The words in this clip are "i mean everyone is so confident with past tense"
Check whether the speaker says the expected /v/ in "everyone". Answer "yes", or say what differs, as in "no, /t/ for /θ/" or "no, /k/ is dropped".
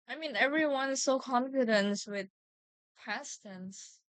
yes